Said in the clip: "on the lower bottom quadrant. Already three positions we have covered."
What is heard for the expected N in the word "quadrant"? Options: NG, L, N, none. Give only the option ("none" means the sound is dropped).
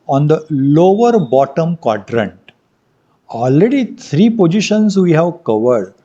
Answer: N